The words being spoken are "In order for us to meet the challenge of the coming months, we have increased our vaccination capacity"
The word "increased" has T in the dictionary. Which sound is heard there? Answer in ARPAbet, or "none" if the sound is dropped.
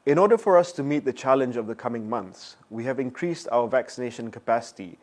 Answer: T